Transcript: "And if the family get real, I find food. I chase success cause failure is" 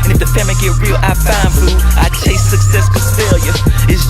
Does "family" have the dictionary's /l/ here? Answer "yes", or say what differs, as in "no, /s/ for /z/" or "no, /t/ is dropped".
no, /l/ is dropped